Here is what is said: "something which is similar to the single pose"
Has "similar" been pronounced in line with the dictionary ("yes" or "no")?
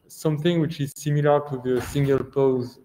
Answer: yes